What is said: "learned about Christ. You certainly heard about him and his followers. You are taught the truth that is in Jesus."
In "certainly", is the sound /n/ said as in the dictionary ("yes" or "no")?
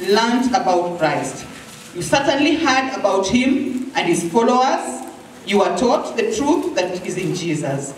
yes